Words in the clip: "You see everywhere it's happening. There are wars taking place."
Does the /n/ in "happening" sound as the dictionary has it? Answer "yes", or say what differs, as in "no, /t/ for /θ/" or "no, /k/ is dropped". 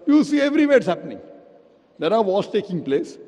yes